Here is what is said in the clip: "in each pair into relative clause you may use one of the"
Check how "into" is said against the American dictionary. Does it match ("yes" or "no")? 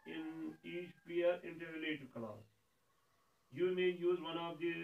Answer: yes